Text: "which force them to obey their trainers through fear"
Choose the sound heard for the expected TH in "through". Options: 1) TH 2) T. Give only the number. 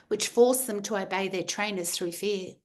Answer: 1